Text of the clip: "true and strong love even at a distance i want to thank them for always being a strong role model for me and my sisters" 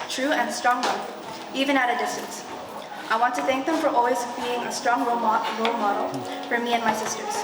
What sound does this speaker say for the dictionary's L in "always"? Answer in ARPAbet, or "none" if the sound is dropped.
L